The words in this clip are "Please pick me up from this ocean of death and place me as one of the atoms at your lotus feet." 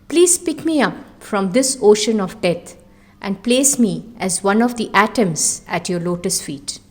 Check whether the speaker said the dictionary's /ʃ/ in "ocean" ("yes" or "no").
yes